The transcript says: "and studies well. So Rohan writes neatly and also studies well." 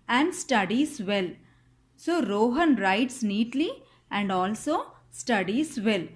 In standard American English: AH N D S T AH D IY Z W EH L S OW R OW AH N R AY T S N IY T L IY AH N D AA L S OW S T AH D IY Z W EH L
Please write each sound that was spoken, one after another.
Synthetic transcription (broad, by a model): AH N D S T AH D IY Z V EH L S OW R OW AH N R AY T S N IY T L IY AH N D AA L S OW S T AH D IY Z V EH L